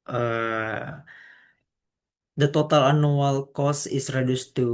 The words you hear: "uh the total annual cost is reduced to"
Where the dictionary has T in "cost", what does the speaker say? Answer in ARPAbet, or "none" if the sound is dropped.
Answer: none